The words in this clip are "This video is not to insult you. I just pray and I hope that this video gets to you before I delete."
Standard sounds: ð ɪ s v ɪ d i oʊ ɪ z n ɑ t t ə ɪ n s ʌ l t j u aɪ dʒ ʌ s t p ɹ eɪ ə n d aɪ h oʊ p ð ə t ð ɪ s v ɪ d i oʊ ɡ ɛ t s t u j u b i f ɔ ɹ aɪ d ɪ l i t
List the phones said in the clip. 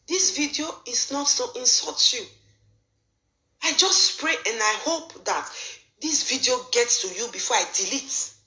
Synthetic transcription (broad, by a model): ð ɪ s v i d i oʊ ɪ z n ɑ t s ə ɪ n s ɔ t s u aɪ dʒ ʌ s t p ɹ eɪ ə n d aɪ h oʊ p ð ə t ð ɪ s v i d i oʊ ɡ ɛ t s t u j u b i f ɔ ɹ aɪ d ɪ l i t